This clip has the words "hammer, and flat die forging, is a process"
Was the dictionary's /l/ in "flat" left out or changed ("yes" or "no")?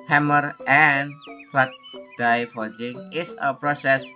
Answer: yes